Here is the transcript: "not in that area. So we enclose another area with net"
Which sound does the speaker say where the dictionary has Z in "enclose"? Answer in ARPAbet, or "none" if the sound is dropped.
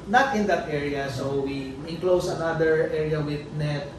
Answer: S